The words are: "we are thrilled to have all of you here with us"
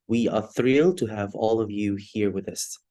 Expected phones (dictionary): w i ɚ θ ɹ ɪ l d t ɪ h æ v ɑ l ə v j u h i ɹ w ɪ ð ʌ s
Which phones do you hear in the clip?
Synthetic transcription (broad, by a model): w i ɚ θ ɹ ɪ l t ɪ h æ v ɑ l ə v j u h i ɹ w ɪ ð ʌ s